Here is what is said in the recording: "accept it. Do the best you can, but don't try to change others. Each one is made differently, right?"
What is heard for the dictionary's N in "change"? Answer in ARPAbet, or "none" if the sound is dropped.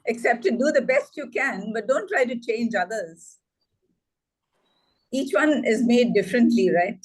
N